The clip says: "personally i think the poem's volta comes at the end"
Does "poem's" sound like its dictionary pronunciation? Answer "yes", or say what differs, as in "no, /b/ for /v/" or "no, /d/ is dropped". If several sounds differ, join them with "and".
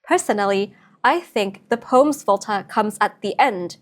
yes